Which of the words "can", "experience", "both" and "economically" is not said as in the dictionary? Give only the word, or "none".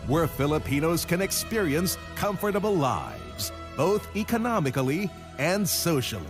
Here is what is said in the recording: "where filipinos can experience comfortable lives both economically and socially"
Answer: none